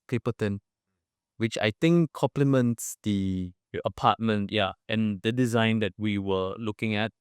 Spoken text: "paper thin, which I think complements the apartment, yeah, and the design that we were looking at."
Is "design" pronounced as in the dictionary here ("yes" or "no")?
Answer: yes